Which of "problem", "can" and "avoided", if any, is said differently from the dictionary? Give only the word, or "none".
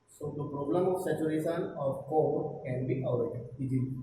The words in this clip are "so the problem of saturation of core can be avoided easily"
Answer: avoided